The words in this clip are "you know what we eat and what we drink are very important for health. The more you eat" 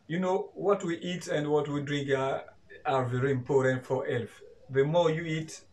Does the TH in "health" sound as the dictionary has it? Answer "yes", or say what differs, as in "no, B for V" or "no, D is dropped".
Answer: no, F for TH